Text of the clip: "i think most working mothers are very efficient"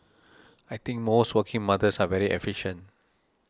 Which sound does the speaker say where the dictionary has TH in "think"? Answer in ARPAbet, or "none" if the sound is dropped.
T